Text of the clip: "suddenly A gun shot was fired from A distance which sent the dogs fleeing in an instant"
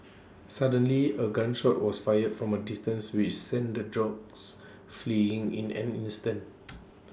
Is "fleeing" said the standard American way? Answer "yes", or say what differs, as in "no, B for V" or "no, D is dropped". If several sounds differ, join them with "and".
yes